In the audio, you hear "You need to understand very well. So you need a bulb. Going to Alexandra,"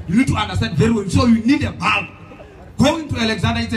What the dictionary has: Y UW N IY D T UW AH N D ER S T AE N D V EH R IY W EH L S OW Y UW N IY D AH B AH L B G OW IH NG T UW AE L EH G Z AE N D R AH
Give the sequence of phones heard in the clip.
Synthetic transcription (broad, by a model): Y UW N IY D T UW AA N D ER S T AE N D V EH R IY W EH N S OW Y UW N IY D AH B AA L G OW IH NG T UW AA L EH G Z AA N D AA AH